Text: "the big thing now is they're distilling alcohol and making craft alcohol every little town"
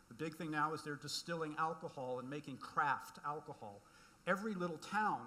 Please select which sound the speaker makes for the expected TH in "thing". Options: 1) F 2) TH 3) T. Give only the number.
2